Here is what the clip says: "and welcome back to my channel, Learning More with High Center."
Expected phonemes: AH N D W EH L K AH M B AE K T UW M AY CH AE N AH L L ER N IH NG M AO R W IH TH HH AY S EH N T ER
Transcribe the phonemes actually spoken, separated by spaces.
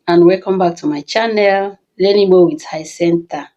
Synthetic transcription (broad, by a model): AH N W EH K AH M B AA K T UW M AY CH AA N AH L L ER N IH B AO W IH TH HH AY S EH N T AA